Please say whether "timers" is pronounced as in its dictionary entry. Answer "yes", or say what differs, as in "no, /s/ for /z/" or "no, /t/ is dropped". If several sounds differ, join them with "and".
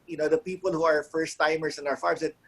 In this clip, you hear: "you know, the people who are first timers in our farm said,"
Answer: no, /s/ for /z/